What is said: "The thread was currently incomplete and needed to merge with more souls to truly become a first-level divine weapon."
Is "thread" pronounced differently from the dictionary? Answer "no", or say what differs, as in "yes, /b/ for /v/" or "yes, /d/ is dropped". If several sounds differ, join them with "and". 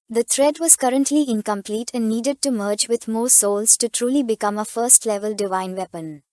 yes, /t/ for /θ/